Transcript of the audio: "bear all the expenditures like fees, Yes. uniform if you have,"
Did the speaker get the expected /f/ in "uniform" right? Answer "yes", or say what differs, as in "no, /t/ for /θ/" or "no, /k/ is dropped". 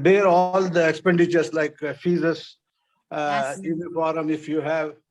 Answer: no, /p/ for /f/